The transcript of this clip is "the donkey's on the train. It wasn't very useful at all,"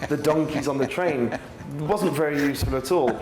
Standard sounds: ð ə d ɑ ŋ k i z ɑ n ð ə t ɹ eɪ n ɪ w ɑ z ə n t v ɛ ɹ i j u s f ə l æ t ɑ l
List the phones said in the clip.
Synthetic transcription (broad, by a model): ð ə d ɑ ŋ k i z n ð ə t ɹ eɪ n w ɑ z ə n t v ɛ ɹ i j u s f ə l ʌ t ɑ l